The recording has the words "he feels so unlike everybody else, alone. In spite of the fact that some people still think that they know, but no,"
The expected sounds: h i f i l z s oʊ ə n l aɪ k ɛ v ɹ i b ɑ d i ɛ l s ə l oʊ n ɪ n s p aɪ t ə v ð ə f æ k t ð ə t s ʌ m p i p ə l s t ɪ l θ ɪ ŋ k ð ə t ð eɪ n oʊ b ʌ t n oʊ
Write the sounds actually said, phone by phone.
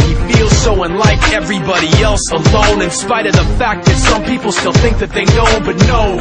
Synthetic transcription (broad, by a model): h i f i l z s oʊ ə n l aɪ k ɛ v ɹ i b ɑ d i ɛ l s ə l oʊ n ɪ n s p aɪ t ə v ð ə f æ k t ð ə t s ʌ m p i p l s t ɪ l θ ɪ ŋ k ð ə t ð eɪ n oʊ b ʌ t n oʊ